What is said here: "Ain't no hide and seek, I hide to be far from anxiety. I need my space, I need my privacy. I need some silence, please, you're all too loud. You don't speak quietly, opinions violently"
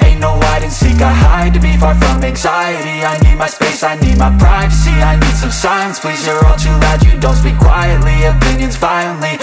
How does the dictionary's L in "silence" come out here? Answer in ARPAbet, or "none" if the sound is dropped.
none